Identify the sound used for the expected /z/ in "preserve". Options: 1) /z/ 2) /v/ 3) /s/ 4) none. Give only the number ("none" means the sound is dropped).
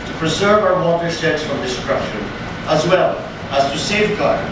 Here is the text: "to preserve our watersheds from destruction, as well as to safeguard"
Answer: 1